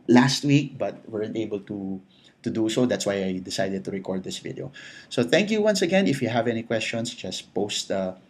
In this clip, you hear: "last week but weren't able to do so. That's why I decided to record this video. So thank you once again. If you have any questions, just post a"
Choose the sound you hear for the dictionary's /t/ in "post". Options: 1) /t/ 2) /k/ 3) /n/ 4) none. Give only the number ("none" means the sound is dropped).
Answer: 1